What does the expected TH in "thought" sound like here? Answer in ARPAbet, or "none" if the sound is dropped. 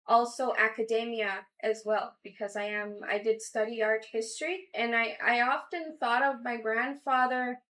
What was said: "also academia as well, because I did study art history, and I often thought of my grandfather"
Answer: TH